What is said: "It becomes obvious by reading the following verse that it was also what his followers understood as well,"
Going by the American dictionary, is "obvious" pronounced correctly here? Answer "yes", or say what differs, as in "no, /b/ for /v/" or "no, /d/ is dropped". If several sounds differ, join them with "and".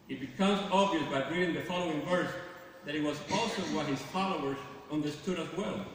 yes